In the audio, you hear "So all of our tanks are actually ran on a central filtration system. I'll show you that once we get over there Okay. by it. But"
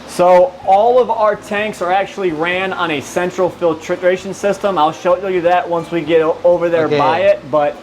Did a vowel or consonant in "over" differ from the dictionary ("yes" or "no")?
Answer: no